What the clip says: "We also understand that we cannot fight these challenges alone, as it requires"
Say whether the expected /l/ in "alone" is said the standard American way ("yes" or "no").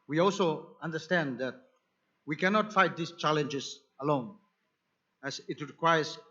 yes